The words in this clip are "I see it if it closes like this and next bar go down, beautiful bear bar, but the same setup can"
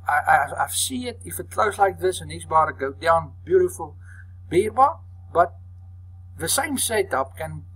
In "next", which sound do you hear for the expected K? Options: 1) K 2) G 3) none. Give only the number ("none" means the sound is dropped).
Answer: 3